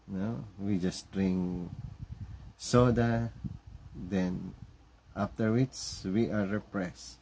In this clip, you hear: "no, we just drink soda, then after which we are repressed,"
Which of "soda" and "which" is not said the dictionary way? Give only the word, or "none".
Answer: which